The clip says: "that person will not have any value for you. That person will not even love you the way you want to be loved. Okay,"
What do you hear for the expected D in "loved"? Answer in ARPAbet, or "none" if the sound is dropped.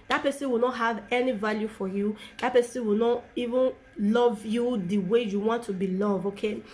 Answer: none